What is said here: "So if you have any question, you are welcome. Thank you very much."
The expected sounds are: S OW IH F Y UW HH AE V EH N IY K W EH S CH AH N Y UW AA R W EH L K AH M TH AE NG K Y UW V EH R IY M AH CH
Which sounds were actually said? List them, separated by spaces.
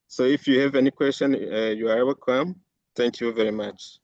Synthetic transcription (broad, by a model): S OW IH F Y UW HH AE V EH N IY K W EH S CH AH N Y UW AA R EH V K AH M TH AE NG K Y UW V EH R IY M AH CH